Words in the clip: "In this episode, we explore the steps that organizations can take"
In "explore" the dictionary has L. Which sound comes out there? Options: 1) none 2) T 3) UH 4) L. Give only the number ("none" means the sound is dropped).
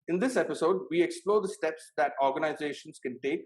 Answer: 4